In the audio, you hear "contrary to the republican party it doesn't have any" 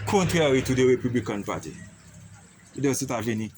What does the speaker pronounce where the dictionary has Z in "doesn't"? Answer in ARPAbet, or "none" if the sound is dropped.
S